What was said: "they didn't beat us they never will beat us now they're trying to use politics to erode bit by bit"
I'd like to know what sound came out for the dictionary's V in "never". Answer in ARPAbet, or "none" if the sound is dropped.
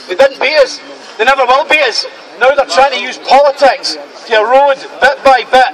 B